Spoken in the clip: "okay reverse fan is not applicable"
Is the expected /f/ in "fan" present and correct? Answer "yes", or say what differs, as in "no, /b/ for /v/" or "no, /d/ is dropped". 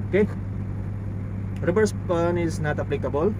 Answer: no, /p/ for /f/